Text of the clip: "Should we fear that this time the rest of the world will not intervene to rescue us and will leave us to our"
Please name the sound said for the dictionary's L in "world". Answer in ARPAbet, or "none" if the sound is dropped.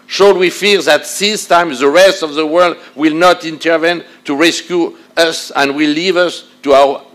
L